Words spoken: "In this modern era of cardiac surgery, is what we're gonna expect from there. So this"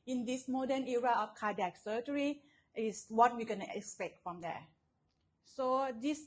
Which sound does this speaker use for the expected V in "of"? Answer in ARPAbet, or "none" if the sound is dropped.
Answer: F